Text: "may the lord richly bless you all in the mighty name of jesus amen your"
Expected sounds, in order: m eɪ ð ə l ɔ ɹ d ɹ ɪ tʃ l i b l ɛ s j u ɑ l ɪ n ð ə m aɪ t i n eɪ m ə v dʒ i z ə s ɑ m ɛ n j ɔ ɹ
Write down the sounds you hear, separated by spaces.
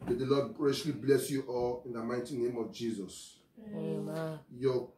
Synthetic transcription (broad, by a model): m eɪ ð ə l ɔ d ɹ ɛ ʃ l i b l ɛ s j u ɑ l ɪ n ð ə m aɪ t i n eɪ m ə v dʒ i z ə s j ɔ